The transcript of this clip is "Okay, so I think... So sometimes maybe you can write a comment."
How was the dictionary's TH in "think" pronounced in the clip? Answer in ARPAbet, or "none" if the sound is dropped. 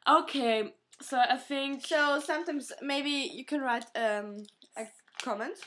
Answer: TH